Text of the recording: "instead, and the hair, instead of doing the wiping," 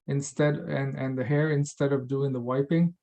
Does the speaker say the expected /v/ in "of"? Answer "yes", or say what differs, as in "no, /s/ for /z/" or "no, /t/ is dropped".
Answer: yes